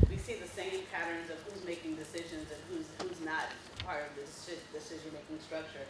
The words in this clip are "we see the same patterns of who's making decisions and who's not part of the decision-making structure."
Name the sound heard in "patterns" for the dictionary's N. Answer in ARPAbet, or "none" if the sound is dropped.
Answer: N